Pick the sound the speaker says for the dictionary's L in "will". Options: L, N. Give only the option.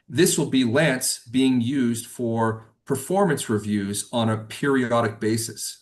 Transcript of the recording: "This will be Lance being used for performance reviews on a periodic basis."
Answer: L